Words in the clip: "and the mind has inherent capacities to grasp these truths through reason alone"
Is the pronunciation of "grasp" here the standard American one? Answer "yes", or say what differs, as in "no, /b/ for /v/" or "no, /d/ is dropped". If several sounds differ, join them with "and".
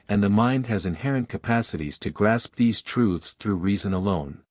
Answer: yes